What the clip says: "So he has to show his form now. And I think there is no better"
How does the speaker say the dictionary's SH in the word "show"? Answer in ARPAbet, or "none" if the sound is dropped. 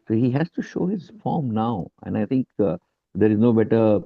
SH